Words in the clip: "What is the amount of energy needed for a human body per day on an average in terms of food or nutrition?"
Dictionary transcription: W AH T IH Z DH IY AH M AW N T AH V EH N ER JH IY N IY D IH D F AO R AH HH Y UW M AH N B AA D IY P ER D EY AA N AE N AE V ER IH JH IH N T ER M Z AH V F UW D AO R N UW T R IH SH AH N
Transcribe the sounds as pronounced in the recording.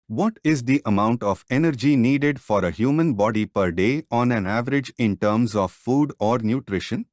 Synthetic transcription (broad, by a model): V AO T IH Z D IY AH M AW N T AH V EH N ER JH IY N IY D IH D F AO R AH HH Y UW M AH N B AA D IY P ER D EY AA N AE N AE V ER IH JH IH N T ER M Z AH V F UW D AO R N UW T R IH SH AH N